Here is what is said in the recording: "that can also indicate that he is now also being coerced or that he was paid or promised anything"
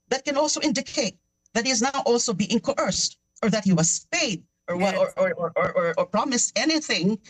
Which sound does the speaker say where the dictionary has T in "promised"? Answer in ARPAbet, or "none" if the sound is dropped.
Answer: T